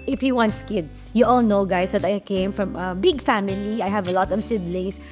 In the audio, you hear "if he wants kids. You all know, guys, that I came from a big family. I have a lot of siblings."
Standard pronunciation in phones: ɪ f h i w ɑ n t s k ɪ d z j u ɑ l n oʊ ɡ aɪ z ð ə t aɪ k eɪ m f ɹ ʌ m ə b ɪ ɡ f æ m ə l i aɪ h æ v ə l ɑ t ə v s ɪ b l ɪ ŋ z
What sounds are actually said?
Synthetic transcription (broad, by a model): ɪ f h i w ɑ n t s k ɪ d s j u ɑ l n oʊ ɡ aɪ s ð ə t aɪ k eɪ m f ɹ ʌ m ə b ɪ ɡ f æ m ə l i aɪ h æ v ə l ɑ t ə v s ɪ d l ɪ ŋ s